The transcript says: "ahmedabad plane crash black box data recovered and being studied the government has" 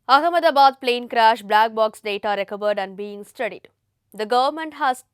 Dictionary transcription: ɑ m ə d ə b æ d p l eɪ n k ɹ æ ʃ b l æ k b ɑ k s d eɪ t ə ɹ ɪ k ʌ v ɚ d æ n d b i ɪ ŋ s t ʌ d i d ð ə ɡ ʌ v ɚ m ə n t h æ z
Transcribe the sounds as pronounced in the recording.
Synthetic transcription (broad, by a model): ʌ m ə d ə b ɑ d p l eɪ n k ɹ æ ʃ b l æ k b ɑ k s d eɪ t ə ɹ ɪ k ʌ v ɚ d æ n d b i ɪ ŋ s t ʌ d i d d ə ɡ ʌ v ɚ m ə n t h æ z